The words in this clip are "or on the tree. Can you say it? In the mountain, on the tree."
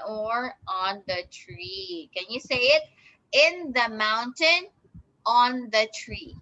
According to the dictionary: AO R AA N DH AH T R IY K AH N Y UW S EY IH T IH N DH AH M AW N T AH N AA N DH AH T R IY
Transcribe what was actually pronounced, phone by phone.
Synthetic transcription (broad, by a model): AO R AA N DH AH T R IY K AH N Y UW S EY IH T IH N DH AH M AW N T AH N AA N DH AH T R IY